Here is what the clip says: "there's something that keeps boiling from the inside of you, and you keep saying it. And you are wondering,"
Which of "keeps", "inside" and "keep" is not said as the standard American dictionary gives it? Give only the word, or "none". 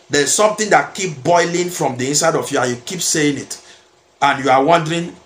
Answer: keeps